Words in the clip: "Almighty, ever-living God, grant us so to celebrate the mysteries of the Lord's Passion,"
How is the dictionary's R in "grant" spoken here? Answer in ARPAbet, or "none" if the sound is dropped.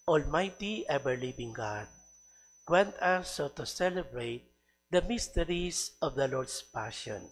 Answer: W